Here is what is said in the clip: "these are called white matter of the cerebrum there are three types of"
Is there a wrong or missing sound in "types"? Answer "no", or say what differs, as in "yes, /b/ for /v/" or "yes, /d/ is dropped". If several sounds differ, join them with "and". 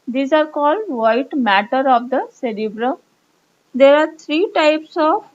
no